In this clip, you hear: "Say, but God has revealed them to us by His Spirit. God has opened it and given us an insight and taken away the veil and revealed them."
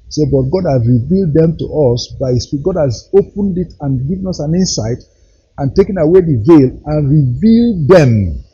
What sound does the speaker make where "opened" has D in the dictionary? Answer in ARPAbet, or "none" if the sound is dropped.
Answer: D